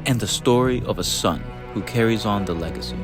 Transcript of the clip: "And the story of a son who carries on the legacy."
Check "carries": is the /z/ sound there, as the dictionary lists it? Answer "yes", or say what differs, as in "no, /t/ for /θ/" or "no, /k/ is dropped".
yes